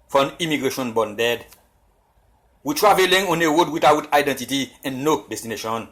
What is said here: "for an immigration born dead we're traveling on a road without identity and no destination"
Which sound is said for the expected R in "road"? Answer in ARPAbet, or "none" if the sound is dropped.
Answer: W